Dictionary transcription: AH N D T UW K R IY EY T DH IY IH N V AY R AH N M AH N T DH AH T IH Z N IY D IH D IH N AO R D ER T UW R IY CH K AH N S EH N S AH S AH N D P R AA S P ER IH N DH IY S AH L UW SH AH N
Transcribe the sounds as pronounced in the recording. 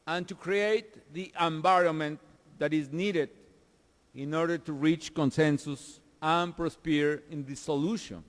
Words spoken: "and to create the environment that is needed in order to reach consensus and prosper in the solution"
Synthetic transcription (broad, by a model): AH N T UW K R IY EY T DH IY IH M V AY R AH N M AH N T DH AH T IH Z N IY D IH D IH N AO R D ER T UW R IY CH K AH N S EH N S AH S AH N P R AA S P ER IH N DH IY S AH L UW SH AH N